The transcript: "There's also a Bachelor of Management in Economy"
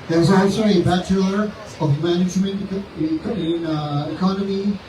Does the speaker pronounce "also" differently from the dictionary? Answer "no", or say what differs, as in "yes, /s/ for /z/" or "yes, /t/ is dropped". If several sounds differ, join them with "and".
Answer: yes, /l/ is dropped